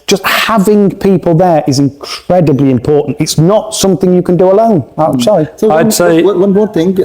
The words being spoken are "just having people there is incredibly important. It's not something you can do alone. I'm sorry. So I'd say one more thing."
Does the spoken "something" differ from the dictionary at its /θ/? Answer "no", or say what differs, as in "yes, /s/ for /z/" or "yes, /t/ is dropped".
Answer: no